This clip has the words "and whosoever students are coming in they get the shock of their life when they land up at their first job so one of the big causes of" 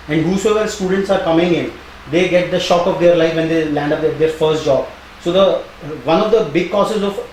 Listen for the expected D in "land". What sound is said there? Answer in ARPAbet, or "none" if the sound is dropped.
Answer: D